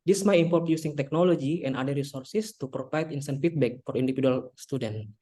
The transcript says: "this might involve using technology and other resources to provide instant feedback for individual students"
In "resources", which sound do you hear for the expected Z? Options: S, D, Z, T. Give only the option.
S